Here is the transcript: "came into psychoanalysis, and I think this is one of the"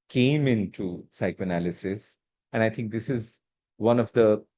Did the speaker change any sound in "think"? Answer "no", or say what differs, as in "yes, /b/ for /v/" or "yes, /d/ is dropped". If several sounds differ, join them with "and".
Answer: yes, /t/ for /θ/